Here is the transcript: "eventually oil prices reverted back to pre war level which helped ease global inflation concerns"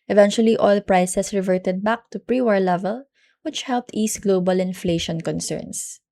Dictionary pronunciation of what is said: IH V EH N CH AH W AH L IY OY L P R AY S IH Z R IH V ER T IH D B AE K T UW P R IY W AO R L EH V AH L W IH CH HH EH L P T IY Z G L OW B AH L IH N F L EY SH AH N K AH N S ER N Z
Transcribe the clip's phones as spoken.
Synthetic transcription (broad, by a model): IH V EH N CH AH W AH L IY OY L P R AY S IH S R IH V ER T IH D B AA K T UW P R IY W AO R L EH V AH L W IH CH HH EH L P T IY S G L OW B AH L IH N F L EY SH AH N K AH N S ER N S